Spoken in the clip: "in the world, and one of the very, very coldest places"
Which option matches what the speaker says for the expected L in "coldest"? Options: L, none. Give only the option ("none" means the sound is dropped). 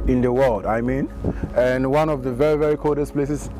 none